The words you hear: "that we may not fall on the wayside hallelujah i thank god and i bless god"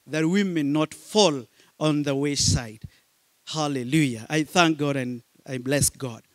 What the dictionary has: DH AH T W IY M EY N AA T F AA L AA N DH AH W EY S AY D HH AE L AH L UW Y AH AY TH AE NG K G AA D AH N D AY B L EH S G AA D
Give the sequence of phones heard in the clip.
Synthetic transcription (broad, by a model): DH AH T W IY M EY N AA T F AA L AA N DH AH W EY S AY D HH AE L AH L UW Y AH AY TH AE NG K G AA D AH N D AY B L EH S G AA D